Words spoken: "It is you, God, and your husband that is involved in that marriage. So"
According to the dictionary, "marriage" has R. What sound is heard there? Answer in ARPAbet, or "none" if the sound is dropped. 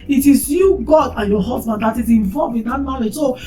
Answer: L